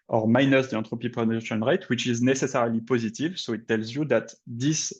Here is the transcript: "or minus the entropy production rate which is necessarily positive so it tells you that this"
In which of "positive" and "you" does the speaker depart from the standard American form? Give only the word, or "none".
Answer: none